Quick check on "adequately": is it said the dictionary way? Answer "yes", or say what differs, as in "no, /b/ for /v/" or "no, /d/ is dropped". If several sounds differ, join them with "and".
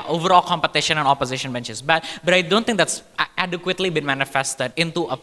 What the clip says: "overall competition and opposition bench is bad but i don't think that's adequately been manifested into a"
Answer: yes